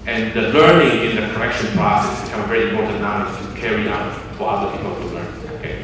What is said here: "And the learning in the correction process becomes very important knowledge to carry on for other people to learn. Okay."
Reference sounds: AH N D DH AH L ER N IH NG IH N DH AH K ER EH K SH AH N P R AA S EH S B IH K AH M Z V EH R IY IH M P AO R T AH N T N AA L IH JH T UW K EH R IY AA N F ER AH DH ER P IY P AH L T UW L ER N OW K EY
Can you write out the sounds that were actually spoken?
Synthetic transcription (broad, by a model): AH N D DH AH L ER N IH NG IH N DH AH K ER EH K SH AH N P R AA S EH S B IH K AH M V EH R IY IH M P AO R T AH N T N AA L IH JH T UW K EH R IY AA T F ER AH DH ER P IY P AH L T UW L ER N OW K EY